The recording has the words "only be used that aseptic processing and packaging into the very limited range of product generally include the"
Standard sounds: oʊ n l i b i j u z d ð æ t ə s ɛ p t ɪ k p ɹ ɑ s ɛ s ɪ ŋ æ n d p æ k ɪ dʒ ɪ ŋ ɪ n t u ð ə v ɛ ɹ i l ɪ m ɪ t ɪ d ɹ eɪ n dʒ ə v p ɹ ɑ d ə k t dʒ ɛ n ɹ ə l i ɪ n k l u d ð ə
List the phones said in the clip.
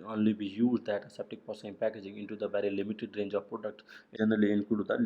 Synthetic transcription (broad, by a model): oʊ n l i b i j u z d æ t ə s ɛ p t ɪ k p ɑ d s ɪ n p æ k ɪ dʒ ɪ ŋ ɪ n t u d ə v ɛ ɹ i l ɪ m ɪ t ɪ d ɹ eɪ n dʒ ə v p ɹ ɑ d ə k t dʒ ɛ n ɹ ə l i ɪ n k u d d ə